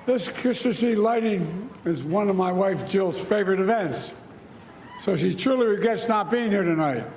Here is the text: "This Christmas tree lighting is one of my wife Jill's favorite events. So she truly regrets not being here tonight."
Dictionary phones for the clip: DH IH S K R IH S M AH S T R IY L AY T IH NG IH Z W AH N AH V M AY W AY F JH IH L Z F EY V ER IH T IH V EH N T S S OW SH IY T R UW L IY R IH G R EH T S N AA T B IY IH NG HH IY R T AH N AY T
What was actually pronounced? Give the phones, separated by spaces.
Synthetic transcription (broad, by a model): DH IH S K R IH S AH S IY L AY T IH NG IH Z W AH N AH V M AY W AY F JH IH L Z F EY V ER IH T IH V EH N T S S OW SH IY T R UW L IY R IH G EH T S N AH T B IY IH NG HH IY R T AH N AY T